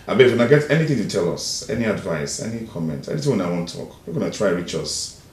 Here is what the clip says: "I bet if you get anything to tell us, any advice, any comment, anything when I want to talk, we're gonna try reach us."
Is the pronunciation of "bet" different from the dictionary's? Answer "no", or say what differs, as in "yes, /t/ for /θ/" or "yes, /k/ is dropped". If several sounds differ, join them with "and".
yes, /t/ is dropped